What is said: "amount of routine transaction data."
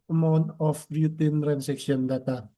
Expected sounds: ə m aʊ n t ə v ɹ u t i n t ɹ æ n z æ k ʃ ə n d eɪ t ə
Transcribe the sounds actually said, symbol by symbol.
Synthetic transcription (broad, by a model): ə m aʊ n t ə b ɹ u t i n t ɹ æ n s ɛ k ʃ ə n d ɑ t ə